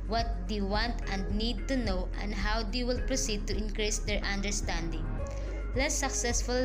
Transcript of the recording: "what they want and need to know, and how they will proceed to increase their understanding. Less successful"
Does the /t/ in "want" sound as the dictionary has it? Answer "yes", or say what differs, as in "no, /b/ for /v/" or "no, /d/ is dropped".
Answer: yes